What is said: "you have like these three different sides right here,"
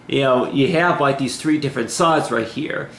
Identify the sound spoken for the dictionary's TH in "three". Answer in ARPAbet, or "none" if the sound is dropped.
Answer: TH